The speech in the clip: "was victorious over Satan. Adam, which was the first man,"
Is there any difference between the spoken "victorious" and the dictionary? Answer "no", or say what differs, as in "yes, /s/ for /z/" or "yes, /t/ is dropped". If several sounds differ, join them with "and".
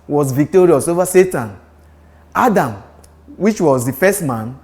no